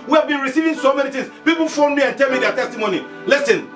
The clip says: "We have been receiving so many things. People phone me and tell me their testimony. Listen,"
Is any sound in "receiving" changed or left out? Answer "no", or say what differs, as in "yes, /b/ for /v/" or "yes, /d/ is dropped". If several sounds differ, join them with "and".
no